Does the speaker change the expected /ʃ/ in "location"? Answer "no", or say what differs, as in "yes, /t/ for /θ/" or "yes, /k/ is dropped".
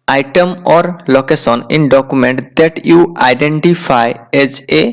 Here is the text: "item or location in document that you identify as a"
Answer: yes, /s/ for /ʃ/